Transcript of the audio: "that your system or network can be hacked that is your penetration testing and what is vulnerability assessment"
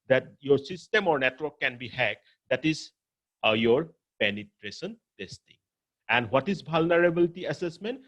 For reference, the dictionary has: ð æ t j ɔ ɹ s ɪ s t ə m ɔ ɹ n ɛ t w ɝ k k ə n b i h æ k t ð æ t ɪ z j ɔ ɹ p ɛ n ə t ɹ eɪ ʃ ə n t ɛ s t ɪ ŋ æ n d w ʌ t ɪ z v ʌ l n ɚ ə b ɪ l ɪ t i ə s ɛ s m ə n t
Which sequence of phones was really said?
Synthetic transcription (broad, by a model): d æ t j ɔ ɹ s ɪ s t ə m ɔ ɹ n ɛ t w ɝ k k ə n b i h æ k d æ t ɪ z j ɔ ɹ p ɛ n ə t ɹ eɪ ʃ ə n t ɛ s t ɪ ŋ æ n d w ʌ t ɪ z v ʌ l n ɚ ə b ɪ l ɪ t i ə s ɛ s m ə n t